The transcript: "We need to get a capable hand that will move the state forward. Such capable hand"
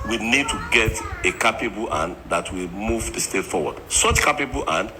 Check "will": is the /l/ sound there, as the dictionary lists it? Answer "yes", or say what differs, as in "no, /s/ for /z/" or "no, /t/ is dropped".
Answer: yes